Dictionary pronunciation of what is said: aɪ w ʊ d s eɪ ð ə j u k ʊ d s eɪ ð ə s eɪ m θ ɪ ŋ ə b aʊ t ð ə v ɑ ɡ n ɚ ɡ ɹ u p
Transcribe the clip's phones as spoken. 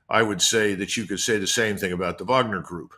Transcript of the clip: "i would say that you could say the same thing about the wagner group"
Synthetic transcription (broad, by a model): aɪ w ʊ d s eɪ ð ə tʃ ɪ k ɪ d s eɪ ð ə s eɪ m θ ɪ ŋ ə b aʊ t ð ə v ɑ ɡ n ɚ ɡ ɹ u p